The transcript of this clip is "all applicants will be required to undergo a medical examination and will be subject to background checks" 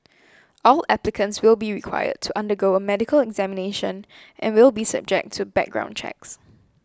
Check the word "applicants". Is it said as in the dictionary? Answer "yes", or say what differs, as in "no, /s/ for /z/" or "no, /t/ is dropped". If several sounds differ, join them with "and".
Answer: yes